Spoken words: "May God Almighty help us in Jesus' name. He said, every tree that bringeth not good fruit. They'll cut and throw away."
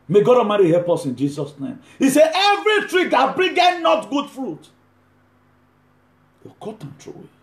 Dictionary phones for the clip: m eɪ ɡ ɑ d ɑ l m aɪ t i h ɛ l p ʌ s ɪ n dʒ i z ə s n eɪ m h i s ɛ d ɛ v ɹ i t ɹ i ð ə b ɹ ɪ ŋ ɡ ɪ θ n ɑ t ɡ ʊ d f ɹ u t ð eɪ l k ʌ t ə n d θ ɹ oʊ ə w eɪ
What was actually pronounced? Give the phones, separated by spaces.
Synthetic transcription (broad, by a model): m eɪ ɡ ɑ d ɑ m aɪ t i h ɛ l p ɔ s ɪ n dʒ i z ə s n eɪ m h i s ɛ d ɛ v ɹ i t ɹ i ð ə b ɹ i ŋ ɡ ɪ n n ɑ t ɡ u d f ɹ u t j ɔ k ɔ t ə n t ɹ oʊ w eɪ